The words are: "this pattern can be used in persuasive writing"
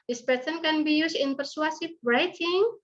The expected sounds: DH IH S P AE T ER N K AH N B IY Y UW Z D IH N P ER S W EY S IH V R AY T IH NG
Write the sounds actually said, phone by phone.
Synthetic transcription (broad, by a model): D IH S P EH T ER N K AH N B IY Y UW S IH N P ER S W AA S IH B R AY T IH NG